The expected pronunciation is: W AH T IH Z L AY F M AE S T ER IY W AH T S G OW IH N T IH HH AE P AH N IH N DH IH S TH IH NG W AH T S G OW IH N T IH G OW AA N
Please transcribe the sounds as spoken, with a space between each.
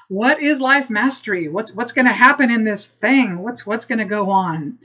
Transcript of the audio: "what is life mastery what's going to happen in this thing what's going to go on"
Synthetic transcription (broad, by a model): W AH T IH Z L AY F M AE S T ER IY W AH T S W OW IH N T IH HH AE P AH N IH N DH IH S TH IH NG W AH T S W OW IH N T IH G OW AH N